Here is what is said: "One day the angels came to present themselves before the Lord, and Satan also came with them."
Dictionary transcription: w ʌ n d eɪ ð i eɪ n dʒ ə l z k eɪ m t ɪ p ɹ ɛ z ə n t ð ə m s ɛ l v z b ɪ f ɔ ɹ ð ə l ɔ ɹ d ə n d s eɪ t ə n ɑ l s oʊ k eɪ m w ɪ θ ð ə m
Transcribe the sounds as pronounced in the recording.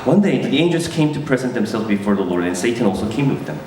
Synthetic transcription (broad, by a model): w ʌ n d eɪ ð i eɪ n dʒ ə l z k eɪ m t ɪ p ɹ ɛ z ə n ð ə m s ɛ l v z b ɪ f ɔ ɹ ð ə l ɔ ɹ d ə n s eɪ t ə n ɑ l s oʊ k eɪ m w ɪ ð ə m